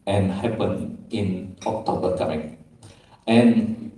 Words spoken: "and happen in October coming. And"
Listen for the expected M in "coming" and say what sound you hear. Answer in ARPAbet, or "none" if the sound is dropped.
none